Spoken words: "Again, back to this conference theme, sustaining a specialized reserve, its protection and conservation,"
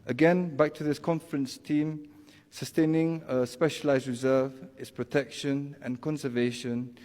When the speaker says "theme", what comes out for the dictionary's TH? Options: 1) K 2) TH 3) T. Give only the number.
3